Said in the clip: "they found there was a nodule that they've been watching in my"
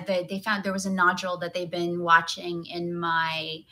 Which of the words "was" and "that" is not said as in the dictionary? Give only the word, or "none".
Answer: none